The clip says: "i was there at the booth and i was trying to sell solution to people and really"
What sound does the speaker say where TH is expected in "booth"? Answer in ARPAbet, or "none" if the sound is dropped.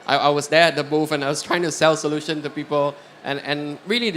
F